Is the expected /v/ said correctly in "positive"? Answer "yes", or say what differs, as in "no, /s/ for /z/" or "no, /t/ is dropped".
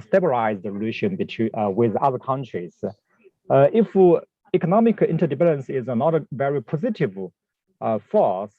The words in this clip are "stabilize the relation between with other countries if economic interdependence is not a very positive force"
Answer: yes